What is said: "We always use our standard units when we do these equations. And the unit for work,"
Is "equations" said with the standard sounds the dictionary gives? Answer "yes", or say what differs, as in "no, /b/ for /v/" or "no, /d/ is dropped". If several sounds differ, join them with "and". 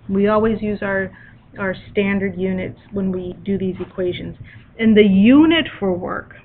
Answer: yes